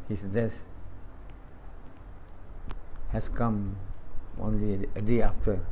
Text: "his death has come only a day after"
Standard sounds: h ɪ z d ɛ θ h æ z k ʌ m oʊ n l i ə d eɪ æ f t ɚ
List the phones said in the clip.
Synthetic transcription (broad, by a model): h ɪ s d ɛ s h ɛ s k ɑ m oʊ n l i ə d eɪ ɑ f t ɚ